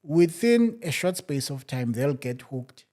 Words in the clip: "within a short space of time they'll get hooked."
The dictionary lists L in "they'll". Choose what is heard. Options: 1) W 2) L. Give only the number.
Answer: 2